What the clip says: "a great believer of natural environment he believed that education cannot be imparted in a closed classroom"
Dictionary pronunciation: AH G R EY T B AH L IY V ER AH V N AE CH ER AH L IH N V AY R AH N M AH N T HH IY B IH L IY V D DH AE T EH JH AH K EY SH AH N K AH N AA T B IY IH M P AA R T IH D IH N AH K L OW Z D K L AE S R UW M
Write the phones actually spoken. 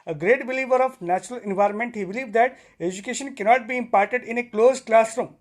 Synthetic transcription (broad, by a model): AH G R EY T B AH L IY V ER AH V N AE CH ER AH L IH N V AY R AH N M AH N T HH IY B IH L IY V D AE T EH JH AH K EY SH AH N K AH N AA T B IY IH M P AA R T IH D IH N AH K L OW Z K L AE S R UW M